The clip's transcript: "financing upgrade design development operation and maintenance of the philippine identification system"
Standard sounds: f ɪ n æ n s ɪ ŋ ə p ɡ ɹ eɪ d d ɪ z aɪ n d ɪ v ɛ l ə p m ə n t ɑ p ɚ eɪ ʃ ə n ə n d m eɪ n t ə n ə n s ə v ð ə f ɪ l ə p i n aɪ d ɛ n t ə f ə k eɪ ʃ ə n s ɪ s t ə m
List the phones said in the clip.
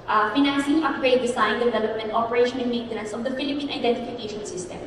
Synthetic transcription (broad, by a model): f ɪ n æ n s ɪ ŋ ə p ɡ ɹ eɪ d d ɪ s aɪ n d ɪ v ɛ l ə p m ə n t ɑ p ɚ eɪ ʃ ə n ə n m eɪ n t ə n ə n s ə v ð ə f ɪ l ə p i n aɪ d ɛ n t ə f ə k eɪ ʃ ə n s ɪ s t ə m